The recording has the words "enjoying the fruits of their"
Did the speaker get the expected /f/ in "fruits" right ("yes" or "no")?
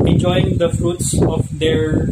yes